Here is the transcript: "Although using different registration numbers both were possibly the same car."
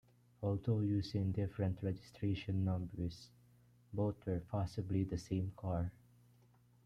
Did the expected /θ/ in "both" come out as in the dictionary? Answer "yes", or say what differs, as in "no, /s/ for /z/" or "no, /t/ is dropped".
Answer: no, /t/ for /θ/